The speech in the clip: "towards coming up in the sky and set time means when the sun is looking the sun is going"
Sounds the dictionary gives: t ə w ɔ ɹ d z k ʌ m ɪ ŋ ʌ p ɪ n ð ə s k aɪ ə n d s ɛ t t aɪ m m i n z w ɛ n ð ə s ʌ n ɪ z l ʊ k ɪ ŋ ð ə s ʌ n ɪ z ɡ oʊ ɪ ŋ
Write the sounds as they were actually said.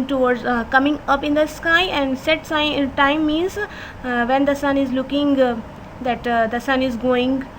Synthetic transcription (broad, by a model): t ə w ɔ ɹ d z k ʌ m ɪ ŋ ʌ p ɪ n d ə s k aɪ ə n d s ɛ t s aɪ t m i n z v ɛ n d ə s ʌ n ɪ z l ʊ k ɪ ŋ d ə s ʌ n ɪ z ɡ oʊ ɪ ŋ